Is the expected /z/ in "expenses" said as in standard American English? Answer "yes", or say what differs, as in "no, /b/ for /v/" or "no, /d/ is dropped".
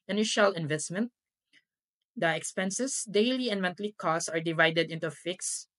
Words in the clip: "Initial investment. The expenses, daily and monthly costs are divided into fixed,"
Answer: no, /s/ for /z/